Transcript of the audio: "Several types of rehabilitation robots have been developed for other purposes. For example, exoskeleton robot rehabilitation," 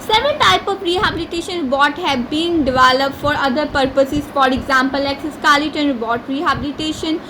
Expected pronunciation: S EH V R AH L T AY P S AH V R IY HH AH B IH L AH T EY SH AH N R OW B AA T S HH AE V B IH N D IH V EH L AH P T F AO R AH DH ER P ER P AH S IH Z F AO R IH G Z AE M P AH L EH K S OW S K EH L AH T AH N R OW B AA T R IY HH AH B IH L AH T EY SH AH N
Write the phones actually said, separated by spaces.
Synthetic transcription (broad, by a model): S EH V R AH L T AY P AH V R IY HH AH B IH L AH T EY SH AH N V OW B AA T HH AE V B IH N D IH V EH L AH P T F AO R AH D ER P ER P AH S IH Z F AO R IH G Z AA M P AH L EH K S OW S K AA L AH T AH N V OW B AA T R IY HH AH B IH L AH T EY SH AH N